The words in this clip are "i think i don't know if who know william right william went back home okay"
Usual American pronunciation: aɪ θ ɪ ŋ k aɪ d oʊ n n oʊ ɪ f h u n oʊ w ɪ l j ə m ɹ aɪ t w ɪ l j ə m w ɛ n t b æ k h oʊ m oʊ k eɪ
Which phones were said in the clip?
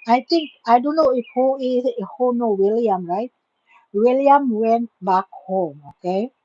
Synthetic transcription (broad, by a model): aɪ t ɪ ŋ k aɪ d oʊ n n oʊ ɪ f h u n oʊ w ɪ l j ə m ɹ aɪ t w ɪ l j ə m w ɛ n t b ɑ k h oʊ m oʊ k eɪ